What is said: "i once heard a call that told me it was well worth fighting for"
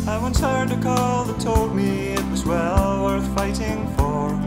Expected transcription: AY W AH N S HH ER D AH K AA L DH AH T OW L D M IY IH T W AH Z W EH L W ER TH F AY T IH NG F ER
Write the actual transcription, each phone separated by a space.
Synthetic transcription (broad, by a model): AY W AH N S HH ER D AH K AA L DH AH T OW L D M IY IH T W AH Z W EH L W ER TH F AY T IH NG F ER